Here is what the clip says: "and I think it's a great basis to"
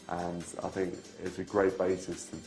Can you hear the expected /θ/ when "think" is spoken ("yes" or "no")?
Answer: yes